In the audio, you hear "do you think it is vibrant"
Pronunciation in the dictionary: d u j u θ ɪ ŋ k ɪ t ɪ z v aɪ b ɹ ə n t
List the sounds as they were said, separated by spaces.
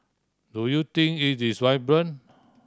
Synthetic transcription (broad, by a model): d u j u t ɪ ŋ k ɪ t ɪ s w aɪ b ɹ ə n